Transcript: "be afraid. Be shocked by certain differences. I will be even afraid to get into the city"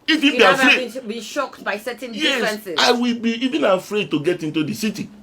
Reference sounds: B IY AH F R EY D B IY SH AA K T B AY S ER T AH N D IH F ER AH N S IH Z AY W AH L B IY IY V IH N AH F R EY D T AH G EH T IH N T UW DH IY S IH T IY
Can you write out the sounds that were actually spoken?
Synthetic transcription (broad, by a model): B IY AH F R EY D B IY SH AA K T B AY S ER T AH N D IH ER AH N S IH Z AY W AH L B IY IY V IH N AH F R EY D T AH G EH T IH N T UW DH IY S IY T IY